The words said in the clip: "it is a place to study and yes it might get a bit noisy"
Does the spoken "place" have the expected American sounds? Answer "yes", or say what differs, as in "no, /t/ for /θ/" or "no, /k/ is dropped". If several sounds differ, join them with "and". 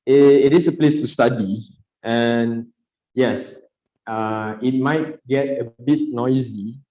yes